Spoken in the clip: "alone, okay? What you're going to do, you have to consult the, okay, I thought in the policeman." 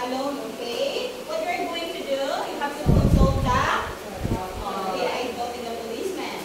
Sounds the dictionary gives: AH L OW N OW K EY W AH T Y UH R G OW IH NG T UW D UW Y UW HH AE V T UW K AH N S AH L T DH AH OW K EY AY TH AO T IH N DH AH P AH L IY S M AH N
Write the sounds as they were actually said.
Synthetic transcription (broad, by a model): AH L OW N OW K EY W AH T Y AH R G OW IH NG T UW D UW Y UW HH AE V T UW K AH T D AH T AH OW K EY AY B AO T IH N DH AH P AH L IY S M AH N